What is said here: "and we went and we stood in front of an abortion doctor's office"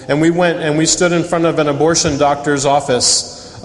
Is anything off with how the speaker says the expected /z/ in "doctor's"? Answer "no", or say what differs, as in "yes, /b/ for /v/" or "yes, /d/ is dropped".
no